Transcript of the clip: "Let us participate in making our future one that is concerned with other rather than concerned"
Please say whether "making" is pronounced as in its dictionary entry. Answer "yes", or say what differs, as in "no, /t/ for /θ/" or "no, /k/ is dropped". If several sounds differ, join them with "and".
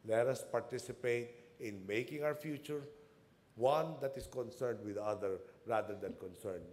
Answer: yes